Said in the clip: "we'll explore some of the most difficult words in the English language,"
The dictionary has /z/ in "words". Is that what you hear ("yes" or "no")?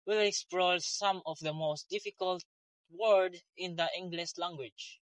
no